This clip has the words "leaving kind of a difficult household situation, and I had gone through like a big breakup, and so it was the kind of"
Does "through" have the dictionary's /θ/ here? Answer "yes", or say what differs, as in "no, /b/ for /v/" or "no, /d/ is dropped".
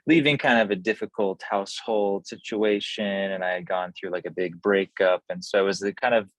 yes